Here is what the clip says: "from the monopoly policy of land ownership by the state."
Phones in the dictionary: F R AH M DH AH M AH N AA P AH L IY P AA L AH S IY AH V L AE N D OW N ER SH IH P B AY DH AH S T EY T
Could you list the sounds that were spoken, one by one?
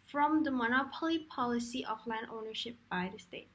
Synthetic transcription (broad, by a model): F R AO M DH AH M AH N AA P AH L IY P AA L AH S IY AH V L AE N D OW N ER SH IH P B AY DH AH S T EY T